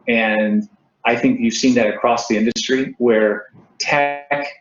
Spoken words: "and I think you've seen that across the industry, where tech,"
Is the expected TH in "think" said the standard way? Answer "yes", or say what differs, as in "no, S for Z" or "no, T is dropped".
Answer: yes